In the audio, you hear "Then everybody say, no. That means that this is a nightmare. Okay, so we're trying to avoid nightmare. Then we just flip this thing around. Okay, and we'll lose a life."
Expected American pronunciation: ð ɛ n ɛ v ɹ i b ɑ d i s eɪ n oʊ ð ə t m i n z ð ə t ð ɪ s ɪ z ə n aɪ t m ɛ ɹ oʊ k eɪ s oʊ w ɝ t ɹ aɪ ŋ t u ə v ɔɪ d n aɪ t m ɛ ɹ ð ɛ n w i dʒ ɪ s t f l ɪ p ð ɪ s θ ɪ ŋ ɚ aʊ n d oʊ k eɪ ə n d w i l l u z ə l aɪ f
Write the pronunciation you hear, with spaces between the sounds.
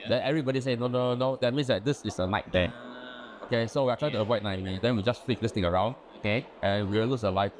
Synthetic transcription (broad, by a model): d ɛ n ɛ v ɹ i b ɑ d i s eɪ n oʊ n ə t m i n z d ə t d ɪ s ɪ s ə n aɪ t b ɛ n oʊ k eɪ s oʊ w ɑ t ɹ aɪ ŋ t u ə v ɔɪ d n aɪ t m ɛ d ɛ n w i dʒ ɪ s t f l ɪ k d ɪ s t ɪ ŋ ɚ aʊ n d oʊ k eɪ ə n w i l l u s ə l aɪ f